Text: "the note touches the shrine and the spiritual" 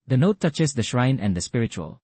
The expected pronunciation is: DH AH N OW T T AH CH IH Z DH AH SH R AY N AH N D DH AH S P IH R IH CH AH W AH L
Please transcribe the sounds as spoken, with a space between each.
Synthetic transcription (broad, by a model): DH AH N OW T T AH CH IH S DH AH SH R AY N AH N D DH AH S P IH R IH CH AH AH L